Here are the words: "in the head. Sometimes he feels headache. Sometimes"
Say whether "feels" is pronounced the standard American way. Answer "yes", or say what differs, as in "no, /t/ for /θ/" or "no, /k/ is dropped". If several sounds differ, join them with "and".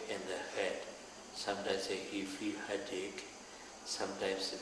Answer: no, /z/ is dropped